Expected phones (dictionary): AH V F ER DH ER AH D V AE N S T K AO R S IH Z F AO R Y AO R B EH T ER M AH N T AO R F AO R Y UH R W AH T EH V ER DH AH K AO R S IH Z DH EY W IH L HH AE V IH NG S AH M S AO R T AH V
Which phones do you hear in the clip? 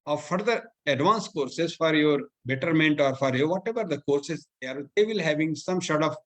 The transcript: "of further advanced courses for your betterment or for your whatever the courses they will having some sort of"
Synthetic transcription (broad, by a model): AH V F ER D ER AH D V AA N S K AO R S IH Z F AO R Y AO R B EH T ER M AH N T AO R F AO R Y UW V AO T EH V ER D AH K AO R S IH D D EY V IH L HH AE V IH NG S AH M SH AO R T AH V